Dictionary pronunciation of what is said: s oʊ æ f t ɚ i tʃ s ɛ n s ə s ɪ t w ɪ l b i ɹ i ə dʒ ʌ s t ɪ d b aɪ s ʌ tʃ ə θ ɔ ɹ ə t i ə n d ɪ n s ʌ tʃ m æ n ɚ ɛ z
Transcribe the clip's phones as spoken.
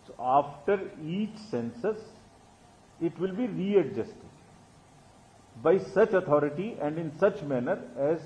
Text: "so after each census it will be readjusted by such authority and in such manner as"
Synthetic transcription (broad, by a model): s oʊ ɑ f t ɚ i tʃ s ɛ n s ə s ɪ t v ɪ l b i ɹ i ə dʒ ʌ s t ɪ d b aɪ s ʌ tʃ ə t ɔ ɹ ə t i ə n d ɪ n s ʌ tʃ m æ n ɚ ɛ z